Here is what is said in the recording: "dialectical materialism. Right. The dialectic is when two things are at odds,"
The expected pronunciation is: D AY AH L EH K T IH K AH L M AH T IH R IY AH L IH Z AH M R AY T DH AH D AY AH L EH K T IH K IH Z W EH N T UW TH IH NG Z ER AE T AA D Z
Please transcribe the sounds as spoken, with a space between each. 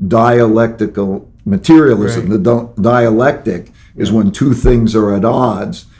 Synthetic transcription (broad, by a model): D AY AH L EH K T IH K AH L M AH T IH R IY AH L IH Z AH M DH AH D AY AH L EH K T IH K IH Z W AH N T UW TH IH NG Z ER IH T AA D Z